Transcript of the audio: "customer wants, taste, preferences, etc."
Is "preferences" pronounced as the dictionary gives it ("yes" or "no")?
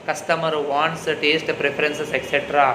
no